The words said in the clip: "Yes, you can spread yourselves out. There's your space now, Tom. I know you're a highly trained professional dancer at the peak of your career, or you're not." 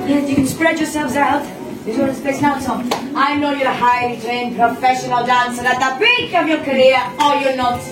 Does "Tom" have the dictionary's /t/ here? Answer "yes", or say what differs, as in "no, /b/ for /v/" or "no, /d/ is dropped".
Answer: no, /s/ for /t/